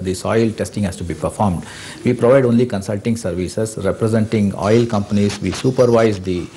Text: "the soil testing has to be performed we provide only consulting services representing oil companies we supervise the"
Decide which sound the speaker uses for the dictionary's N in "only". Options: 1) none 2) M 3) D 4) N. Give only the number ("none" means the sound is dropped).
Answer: 4